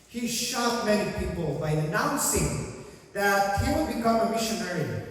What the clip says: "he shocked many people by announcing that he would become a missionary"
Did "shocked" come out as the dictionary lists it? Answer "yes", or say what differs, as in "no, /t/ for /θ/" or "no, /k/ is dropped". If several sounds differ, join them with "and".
no, /k/ is dropped